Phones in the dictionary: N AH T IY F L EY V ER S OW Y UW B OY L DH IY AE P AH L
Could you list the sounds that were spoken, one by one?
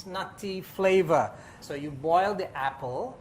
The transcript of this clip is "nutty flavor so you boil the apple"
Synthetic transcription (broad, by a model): N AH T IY F L EY V ER S OW Y UW B OY L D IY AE P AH L